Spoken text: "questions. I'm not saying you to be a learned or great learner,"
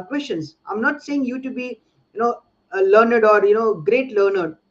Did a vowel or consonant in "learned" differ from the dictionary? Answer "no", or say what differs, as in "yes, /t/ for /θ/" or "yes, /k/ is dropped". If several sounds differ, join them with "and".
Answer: no